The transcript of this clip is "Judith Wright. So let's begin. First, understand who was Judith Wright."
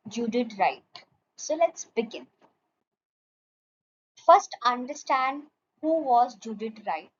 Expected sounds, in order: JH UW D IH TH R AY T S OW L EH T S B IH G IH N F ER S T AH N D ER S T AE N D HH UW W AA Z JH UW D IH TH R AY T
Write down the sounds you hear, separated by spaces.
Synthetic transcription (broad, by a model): JH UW D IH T R AY T S OW L EH T S B IH G IH N F ER S T AH N D ER S T AE N D HH UW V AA Z JH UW D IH T R AY T